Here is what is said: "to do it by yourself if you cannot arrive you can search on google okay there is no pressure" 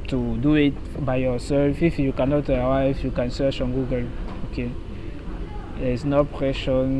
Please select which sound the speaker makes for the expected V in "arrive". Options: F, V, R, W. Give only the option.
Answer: F